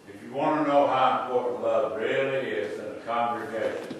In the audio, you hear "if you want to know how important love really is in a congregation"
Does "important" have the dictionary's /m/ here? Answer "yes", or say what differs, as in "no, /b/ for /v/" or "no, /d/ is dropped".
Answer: no, /m/ is dropped